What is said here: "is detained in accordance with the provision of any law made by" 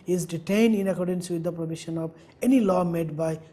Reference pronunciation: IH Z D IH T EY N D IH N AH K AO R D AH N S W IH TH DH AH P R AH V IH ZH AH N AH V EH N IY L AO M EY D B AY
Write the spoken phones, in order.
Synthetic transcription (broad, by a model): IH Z D IH T EY N D IH N AH K AO R D AH N S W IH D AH P R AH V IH SH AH N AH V EH N IY L AO M EY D B AY